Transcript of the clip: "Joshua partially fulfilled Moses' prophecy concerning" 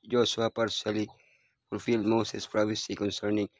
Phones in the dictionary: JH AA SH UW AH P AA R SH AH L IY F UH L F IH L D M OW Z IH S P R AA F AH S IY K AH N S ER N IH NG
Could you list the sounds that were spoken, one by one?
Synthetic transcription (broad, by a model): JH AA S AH P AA R S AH L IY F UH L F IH L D M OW S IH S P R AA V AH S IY K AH N S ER N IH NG